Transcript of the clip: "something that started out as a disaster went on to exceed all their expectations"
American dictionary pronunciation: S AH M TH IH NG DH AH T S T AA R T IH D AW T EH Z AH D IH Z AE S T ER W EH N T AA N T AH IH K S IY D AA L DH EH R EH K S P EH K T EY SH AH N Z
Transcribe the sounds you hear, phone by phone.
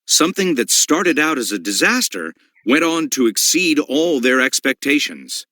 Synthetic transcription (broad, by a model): S AH M TH IH NG DH AH T S T AA R T IH D AW T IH Z AH D IH Z AE S T ER W EH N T N T AH IH K S IY D AA L DH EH R EH K S P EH K T EY SH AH N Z